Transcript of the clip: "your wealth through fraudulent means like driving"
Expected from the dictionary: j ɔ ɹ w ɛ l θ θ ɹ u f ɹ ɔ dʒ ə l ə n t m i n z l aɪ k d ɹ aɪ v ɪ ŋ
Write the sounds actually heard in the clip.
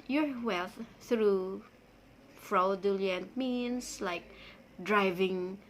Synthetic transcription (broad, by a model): j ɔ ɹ w ɛ l θ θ ɹ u f ɹ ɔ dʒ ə l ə n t m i n s l aɪ k d ɹ aɪ v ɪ ŋ